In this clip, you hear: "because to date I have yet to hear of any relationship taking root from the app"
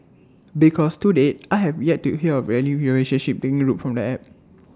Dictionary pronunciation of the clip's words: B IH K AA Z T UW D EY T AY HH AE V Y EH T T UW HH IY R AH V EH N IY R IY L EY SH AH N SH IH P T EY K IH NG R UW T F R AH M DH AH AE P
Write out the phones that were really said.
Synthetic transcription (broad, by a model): B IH K AA S T UW D EY T AY HH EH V Y EH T T UW HH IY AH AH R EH L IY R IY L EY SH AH N SH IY P T EY K IH NG R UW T F R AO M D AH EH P